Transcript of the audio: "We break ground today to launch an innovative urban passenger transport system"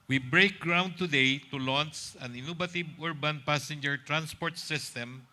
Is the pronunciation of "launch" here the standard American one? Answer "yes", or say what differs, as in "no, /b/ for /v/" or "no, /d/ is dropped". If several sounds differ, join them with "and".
no, /s/ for /tʃ/